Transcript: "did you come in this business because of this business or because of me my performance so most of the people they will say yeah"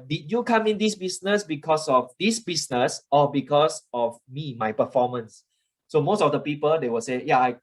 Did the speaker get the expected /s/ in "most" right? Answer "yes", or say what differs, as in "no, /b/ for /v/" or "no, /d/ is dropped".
yes